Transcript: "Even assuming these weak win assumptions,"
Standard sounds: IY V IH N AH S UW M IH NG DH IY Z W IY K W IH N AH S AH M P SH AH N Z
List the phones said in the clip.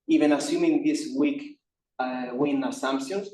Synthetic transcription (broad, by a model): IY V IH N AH S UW M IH NG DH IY S W IY K W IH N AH S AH M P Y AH N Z